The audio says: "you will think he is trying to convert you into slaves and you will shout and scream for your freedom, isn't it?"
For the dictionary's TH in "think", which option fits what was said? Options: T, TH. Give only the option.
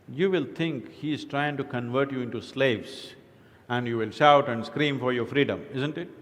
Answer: T